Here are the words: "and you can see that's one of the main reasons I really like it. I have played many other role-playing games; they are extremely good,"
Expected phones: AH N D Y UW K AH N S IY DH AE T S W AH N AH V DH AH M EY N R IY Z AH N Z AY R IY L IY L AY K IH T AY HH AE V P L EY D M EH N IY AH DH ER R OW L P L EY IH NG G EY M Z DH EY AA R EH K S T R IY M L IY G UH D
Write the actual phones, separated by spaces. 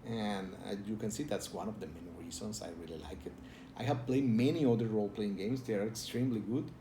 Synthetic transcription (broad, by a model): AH N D Y UW K AH N S IY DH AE T S W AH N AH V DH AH M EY N R IY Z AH N S AY R IY L IY L AY K IH T AY HH AE V P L EY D M EH N IY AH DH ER R OW L P L EY IH NG G EY M S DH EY AA R EH K S T R IY M L IY G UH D